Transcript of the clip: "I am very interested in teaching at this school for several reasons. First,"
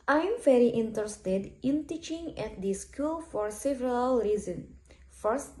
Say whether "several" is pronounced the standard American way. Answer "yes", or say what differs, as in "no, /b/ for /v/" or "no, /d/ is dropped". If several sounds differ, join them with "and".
yes